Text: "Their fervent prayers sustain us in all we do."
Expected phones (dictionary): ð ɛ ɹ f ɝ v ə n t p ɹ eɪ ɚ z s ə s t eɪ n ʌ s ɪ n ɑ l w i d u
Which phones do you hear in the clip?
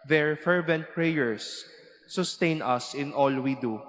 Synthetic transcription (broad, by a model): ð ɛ ɹ f ɝ v ə n t p ɹ eɪ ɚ s ə s t eɪ n ʌ s ɪ n ɑ l w i d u